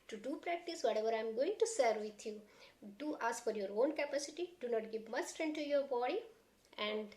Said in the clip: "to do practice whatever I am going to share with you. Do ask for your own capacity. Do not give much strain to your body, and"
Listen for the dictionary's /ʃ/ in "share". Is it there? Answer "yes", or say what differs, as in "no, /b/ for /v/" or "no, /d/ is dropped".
no, /s/ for /ʃ/